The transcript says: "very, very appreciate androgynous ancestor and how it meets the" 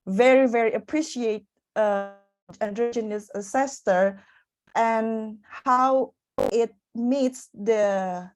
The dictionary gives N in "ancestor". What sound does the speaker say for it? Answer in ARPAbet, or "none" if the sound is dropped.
none